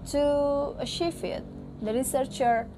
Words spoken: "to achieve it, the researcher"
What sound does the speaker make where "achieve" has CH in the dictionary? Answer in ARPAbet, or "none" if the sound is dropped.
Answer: SH